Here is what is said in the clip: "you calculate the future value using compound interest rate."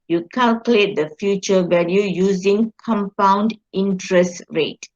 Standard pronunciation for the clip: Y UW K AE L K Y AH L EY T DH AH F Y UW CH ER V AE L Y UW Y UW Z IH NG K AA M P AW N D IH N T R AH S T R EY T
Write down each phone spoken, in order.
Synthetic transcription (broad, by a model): Y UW K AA L K Y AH L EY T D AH F Y UW CH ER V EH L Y UW Y UW Z IH NG K AA M P AW N D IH N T R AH S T R EY T